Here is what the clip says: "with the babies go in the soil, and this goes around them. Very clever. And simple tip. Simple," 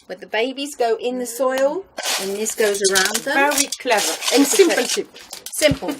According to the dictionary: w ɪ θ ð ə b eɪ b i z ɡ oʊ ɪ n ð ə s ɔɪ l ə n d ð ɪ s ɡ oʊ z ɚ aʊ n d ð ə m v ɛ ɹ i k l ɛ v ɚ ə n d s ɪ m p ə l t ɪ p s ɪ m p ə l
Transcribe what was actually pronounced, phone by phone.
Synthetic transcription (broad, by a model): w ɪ ð ə b eɪ b i z ɡ oʊ ɪ n ð ə s ɔɪ l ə n ð ɪ s ɡ oʊ z ɚ aʊ n d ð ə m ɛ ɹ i k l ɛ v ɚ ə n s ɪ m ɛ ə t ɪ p s ɪ m p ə l